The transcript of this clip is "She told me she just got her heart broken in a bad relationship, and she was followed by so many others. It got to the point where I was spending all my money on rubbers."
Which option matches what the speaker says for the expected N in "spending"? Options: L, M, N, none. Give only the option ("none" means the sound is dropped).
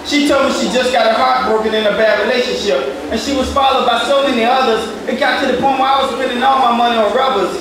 none